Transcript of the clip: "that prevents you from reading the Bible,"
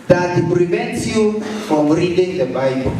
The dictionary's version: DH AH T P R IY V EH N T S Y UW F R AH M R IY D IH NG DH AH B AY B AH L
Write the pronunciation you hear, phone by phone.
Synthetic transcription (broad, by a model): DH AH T P R IY V EH N T S Y UW F R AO M R IY D IH NG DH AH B AY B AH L